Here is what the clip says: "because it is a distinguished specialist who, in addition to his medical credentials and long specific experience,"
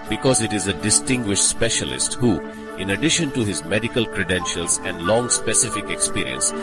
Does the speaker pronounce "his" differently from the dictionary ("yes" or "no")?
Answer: no